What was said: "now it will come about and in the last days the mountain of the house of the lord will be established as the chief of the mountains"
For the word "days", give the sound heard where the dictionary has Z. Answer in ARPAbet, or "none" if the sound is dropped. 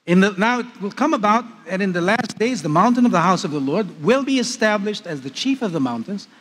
Z